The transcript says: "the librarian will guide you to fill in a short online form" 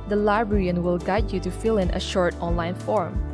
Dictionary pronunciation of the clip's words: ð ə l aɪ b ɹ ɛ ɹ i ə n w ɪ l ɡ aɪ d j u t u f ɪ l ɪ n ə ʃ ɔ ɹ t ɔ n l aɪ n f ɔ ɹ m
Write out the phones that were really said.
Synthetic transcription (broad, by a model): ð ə l aɪ b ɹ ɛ ɹ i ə n w ɪ l ɡ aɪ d j u t u f ɪ l ɪ n ə ʃ ɔ ɹ t ɔ n l aɪ n f ɔ ɹ m